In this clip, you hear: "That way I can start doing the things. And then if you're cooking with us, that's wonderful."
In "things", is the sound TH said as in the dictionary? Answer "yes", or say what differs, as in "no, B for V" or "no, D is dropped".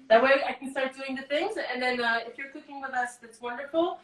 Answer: yes